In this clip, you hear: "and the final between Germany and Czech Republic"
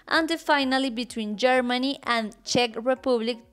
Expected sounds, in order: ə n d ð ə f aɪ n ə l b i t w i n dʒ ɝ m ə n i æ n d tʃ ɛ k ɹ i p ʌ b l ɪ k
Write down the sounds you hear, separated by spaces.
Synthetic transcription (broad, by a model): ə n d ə f aɪ n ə l b i t w i n dʒ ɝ m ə n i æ n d tʃ ɛ k ɹ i p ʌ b l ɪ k